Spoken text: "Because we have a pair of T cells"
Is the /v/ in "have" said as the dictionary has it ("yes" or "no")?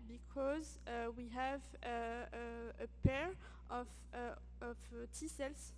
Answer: yes